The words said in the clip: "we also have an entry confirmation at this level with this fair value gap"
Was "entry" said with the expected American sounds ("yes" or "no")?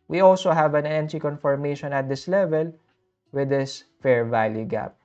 no